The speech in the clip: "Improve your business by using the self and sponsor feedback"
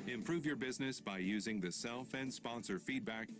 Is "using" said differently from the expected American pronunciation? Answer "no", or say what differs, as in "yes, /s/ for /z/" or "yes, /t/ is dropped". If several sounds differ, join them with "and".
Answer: no